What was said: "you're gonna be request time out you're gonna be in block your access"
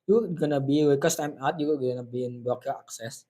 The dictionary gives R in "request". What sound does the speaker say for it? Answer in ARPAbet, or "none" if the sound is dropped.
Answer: W